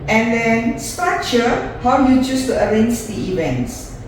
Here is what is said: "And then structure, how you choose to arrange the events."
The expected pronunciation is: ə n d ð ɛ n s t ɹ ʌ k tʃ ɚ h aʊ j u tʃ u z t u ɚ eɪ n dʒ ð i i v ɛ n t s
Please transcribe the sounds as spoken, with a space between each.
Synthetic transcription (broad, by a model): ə n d ɛ n s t ɑ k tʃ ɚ h aʊ j u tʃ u s t u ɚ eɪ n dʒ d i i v ɛ n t s